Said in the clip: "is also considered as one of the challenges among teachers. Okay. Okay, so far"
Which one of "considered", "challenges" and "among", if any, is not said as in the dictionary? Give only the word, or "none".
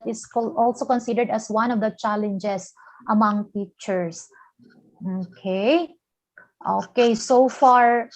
challenges